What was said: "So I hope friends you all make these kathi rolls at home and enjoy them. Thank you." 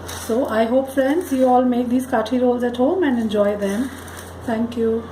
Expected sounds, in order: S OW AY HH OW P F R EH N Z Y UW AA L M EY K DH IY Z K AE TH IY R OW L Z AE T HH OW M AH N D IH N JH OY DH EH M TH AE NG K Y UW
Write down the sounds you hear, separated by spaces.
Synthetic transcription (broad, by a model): S OW AY HH OW P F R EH N S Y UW AA L M EY K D IY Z K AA T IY R OW L Z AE T HH OW M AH N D IH N JH OY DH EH M T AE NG K Y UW